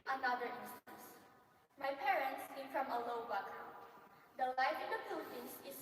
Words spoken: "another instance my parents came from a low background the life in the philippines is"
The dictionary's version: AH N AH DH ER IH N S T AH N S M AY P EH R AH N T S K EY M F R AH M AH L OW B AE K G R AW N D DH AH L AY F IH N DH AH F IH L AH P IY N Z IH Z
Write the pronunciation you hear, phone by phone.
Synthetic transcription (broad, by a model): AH N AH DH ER IH N S T AH N S M AY P EH R AH N T S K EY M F R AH M AH L OW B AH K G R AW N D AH L AY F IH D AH P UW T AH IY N S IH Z